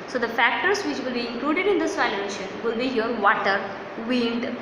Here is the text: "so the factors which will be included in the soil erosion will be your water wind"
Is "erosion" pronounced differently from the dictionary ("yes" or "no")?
yes